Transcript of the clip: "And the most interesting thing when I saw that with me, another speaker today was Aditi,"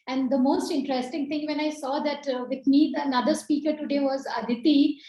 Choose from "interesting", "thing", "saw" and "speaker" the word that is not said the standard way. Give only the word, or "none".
thing